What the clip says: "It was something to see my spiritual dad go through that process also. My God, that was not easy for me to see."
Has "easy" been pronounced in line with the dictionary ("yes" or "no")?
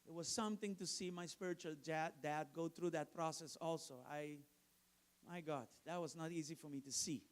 yes